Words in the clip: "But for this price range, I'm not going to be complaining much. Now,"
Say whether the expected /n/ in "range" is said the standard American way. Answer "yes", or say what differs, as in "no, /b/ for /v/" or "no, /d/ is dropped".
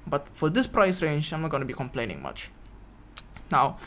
yes